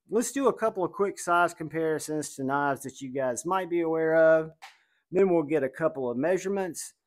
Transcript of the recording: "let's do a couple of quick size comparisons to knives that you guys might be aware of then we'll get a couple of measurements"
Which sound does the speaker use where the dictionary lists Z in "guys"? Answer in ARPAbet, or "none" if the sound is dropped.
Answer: Z